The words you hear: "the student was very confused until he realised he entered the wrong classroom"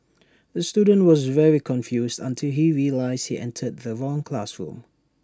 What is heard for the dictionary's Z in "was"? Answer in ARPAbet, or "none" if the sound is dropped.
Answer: Z